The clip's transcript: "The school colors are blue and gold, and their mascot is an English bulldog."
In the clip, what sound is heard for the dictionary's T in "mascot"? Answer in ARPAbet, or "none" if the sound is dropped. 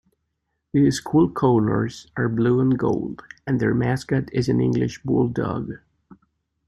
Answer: T